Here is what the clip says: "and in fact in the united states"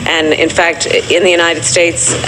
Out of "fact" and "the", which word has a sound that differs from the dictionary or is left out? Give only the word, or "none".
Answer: none